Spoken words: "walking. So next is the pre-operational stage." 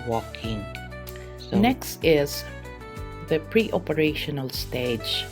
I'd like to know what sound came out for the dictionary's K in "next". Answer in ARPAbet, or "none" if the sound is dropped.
K